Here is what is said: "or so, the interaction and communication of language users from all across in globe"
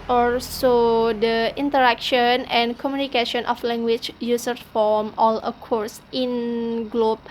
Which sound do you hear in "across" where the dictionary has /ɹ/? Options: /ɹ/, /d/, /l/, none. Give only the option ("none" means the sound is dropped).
none